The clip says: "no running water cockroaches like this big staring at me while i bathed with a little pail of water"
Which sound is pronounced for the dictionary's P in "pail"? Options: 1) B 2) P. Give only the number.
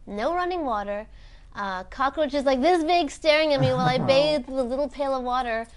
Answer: 2